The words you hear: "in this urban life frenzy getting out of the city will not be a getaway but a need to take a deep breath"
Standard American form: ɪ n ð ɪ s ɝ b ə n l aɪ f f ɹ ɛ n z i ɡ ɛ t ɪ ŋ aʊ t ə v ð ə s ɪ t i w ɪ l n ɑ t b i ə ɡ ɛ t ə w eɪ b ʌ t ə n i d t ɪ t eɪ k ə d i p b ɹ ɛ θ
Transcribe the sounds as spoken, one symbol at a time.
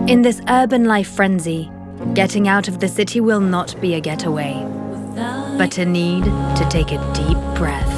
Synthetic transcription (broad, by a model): ɪ n ð ɪ s ɝ b ə n l aɪ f f ɹ ɛ n z i ɡ ɛ t ɪ ŋ aʊ t ə v ð ə s ɪ t i w ɪ l n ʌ t b i ə ɡ ɛ t ə w eɪ b ʌ t ə n i d t ɪ t eɪ k ə d i p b ɹ ɛ θ